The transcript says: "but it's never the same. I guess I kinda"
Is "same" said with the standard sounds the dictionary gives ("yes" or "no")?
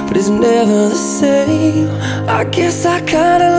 no